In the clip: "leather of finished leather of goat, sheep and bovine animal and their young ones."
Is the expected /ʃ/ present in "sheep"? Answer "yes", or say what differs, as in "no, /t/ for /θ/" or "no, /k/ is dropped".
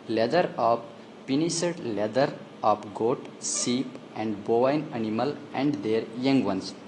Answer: no, /s/ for /ʃ/